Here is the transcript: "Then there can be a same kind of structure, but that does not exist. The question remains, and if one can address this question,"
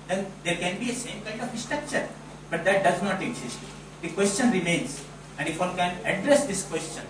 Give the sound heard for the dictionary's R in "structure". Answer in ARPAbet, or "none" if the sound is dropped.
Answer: R